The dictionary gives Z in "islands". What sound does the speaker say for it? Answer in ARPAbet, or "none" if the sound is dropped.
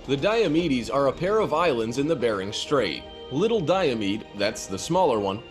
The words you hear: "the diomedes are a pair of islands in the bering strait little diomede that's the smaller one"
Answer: Z